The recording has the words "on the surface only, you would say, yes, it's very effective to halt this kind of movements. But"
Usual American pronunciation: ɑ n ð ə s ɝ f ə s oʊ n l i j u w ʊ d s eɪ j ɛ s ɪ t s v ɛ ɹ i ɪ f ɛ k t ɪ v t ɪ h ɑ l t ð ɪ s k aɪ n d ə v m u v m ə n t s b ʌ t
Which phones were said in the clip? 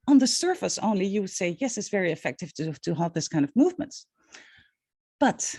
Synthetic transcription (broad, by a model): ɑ n ð ə s ɝ f ə s oʊ n l i j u w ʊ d s eɪ j ɛ s ɪ t s v ɛ ɹ i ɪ f ɛ k t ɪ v t ɪ h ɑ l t ð ɪ s k aɪ n d ə v m u v m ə n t b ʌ t